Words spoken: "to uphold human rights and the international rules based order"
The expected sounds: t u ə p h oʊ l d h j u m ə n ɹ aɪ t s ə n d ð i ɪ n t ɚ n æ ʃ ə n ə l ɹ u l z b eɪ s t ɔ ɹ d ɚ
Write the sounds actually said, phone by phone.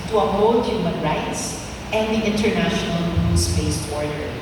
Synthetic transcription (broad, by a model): t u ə h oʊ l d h j u m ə n ɹ aɪ t s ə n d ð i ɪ n t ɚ n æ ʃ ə n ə l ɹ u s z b eɪ s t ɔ ɹ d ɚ